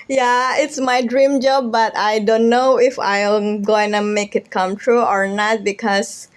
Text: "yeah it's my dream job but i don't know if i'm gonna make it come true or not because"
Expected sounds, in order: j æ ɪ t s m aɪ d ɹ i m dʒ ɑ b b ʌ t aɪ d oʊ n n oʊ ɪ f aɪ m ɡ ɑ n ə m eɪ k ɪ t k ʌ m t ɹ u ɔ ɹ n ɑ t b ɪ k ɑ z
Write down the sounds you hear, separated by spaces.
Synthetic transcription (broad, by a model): j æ ɪ t s m aɪ d ɹ i m dʒ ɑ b b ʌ t aɪ d oʊ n n oʊ ɪ f aɪ m ɡ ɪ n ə m eɪ k ɪ t k ʌ m t ɹ u ɔ ɹ n ɑ t b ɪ k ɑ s